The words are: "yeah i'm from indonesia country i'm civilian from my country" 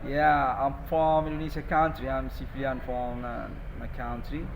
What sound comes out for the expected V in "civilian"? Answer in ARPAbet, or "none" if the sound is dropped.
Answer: F